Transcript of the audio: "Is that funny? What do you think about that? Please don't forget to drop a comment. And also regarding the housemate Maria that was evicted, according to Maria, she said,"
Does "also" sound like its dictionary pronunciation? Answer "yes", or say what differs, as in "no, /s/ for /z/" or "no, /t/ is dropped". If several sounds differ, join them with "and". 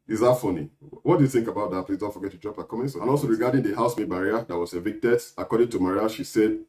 yes